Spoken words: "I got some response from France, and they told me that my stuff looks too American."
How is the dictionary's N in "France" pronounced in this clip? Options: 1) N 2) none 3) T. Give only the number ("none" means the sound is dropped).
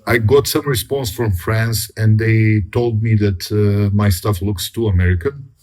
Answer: 1